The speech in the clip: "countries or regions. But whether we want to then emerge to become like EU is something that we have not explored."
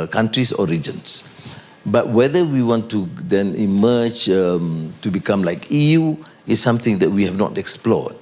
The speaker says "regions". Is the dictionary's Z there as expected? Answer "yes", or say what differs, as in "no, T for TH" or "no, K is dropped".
no, S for Z